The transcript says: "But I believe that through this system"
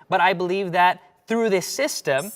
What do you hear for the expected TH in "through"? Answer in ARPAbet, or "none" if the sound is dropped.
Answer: TH